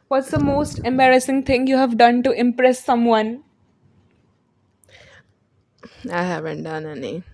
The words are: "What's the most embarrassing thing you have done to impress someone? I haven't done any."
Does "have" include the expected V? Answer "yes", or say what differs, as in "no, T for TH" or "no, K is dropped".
yes